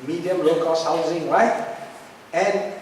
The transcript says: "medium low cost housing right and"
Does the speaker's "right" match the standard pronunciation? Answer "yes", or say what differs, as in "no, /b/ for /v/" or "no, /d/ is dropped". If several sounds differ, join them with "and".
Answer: no, /w/ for /ɹ/